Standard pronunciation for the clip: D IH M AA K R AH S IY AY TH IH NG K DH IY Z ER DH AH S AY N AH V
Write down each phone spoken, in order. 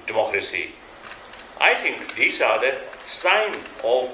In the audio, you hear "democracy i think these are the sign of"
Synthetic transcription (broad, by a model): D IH M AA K R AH S IY AY T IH NG K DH IY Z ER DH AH S AY N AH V